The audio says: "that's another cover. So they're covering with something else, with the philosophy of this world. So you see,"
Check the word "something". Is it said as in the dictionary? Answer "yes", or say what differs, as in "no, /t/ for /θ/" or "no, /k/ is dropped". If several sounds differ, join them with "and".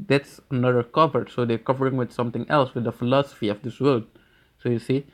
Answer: no, /t/ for /θ/